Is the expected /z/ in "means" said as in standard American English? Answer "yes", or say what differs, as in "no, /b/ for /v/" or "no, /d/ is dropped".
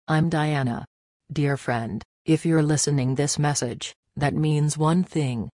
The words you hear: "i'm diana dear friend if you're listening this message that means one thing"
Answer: yes